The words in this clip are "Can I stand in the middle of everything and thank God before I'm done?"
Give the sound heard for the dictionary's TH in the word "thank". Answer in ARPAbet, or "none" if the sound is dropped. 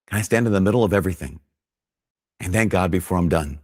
TH